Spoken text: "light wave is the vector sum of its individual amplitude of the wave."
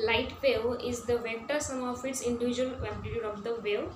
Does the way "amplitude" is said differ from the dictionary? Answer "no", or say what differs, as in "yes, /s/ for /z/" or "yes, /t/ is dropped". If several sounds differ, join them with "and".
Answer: yes, /m/ is dropped